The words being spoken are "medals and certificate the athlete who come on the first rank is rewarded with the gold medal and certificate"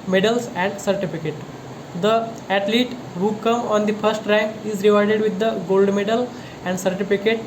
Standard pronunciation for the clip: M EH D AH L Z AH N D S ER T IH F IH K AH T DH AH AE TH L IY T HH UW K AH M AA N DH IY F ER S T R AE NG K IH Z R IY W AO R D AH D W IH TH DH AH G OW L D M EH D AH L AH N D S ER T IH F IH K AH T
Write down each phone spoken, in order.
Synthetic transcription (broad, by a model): M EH D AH L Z AH N D S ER T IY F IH K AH T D AH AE T L IY T HH UW K AH M AA N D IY F ER S T R AE NG K IH Z R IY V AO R D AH D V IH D AH G OW L D M EH D AH L AH N D S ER T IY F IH K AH T